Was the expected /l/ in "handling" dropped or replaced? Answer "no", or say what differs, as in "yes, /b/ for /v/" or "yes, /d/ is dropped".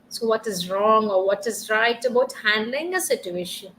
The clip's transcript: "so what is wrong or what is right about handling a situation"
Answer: no